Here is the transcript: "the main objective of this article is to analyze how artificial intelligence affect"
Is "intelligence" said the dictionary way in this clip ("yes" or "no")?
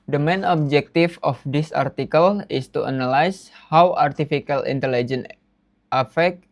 no